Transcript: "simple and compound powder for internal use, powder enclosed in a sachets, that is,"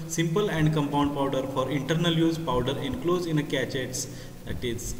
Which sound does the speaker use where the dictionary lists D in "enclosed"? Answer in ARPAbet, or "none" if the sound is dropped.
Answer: none